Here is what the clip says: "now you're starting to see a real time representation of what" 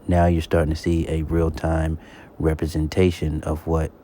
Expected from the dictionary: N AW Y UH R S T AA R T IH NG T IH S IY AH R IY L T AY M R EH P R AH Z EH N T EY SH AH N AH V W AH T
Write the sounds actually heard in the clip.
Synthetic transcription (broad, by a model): N AW Y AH R S T AA R T IH NG T IH S IY AH R IY L T AY M R EH P R AH Z EH N T EY SH AH N AH V W AH T